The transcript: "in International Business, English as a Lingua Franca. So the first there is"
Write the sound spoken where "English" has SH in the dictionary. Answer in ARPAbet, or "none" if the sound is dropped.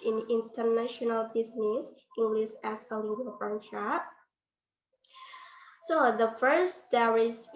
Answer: S